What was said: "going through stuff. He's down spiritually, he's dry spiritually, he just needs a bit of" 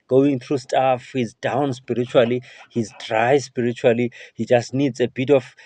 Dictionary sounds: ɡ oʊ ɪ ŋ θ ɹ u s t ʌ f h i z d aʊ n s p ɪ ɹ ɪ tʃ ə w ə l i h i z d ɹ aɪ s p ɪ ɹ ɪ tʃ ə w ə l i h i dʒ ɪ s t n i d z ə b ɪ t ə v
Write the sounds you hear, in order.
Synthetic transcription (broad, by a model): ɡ oʊ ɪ ŋ θ ɹ u s t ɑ f h i z d aʊ n s p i ɹ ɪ tʃ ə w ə l i h i z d ɹ aɪ s p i ɹ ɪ tʃ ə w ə l i h i dʒ ɪ s t n i d z ə b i t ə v